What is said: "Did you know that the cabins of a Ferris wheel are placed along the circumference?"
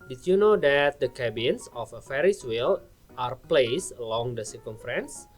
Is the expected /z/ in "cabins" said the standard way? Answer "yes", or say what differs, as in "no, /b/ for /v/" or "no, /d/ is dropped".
no, /s/ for /z/